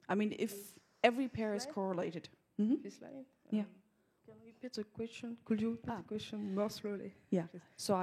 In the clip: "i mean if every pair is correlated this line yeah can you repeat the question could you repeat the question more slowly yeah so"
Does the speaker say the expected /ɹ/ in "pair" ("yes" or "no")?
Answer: yes